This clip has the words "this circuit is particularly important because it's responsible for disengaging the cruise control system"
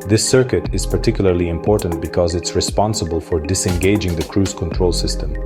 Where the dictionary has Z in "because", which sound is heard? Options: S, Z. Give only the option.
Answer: Z